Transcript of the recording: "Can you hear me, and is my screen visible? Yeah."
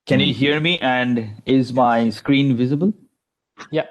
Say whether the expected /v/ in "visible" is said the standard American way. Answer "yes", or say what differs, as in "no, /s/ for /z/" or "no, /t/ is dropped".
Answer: yes